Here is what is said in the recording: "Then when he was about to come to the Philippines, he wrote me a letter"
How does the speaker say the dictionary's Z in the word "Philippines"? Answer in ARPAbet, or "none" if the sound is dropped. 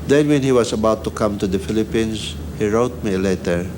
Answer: S